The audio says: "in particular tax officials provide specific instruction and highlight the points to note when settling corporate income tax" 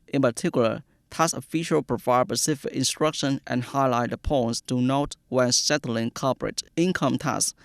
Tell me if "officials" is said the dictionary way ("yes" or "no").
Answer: no